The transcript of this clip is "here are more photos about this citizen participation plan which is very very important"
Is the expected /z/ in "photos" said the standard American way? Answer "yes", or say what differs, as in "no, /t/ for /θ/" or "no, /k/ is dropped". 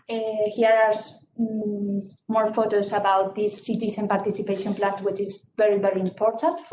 no, /s/ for /z/